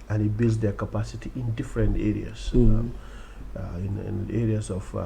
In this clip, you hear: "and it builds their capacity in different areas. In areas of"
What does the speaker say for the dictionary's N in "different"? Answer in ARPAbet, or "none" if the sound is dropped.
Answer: N